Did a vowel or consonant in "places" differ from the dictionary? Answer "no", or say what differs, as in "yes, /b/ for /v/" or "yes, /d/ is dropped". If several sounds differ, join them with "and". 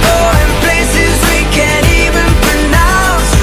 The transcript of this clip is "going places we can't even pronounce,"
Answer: no